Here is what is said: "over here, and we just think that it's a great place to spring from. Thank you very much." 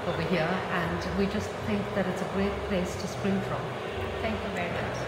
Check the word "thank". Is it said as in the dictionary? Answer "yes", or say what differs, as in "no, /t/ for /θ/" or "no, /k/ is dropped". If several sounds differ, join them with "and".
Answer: yes